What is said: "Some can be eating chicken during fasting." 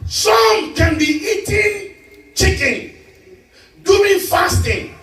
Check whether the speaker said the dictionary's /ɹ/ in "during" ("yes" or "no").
no